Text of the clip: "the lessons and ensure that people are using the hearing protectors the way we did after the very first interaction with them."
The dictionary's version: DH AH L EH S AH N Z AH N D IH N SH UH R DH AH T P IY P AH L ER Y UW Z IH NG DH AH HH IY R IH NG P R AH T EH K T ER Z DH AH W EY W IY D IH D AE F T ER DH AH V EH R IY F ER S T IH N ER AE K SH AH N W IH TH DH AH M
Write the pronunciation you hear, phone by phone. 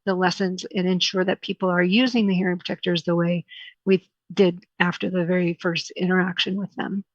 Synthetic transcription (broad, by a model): DH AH L EH S AH N Z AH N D IH N SH UH R DH AH T P IY P L ER Y UW Z IH NG DH AH HH IY R IH NG P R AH T EH K T ER Z DH AH W EY W IY D IH D AE F T ER DH AH V EH R IY F ER S T IH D ER AE K SH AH N W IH DH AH M